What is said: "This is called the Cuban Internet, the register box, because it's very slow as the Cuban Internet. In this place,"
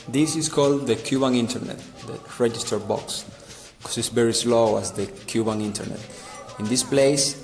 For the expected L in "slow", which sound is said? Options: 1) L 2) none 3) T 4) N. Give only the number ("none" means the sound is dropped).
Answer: 1